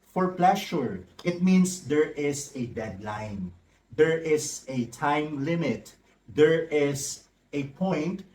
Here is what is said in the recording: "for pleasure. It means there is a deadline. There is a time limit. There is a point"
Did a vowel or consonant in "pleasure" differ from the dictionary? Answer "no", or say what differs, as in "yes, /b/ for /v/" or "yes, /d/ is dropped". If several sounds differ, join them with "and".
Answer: yes, /ʃ/ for /ʒ/